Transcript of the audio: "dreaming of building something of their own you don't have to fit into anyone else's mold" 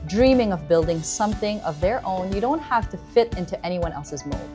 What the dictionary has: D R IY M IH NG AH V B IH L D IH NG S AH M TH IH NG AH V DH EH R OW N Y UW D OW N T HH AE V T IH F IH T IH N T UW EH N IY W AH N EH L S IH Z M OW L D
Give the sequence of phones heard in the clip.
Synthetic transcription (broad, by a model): D R IY M IH NG AH V B IH L D IH NG S AH M TH IH NG AH V DH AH R OW N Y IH D OW N T HH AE F T IH F IH T IH N T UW EH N IY W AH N EH L S IH Z M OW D